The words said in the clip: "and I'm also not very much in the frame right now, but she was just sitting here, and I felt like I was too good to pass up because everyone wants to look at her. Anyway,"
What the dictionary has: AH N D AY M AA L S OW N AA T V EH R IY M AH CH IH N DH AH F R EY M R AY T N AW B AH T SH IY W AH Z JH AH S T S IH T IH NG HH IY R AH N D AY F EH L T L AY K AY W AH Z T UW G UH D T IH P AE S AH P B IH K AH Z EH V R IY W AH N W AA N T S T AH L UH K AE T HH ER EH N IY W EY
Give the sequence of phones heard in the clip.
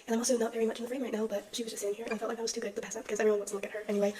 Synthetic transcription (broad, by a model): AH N AY M AA L S OW N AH T V EH R IY M AH CH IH N DH AH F R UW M R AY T N AW B AH T SH IY W AH Z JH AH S S IH T IH NG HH IY R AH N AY F EH L T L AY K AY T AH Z T UW G UH D T IH P AE S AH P B IH K AH Z EH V IY W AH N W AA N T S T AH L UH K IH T HH ER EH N IY W EY